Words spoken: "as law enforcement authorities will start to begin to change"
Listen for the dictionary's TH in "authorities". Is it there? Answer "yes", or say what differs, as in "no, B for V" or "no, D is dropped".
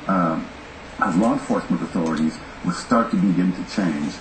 yes